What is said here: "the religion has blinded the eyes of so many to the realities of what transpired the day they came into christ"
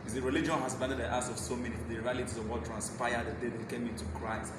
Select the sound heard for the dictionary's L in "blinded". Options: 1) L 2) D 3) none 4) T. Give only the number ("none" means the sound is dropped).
3